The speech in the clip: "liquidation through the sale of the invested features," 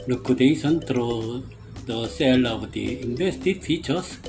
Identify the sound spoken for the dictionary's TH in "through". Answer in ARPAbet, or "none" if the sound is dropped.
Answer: T